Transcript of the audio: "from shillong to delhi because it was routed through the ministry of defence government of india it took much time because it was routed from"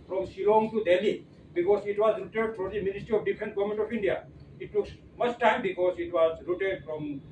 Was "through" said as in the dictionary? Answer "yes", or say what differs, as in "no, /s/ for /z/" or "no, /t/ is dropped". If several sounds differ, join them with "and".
no, /f/ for /θ/